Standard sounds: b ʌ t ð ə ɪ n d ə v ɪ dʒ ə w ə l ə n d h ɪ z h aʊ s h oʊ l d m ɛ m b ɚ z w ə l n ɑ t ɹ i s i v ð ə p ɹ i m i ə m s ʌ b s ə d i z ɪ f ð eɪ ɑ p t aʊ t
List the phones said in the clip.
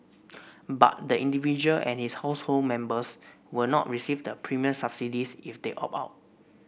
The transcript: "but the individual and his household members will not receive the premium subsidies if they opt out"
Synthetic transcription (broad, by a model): b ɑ t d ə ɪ n d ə v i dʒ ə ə l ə n h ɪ s h aʊ s h oʊ l d m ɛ m b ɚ s w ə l n ɑ t ɹ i s i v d ə p ɹ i m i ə s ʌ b s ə d i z ɪ f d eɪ ɑ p aʊ t